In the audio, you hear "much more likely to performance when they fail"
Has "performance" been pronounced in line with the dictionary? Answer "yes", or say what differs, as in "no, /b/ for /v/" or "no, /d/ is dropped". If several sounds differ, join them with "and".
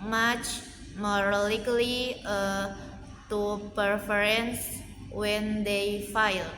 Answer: no, /m/ is dropped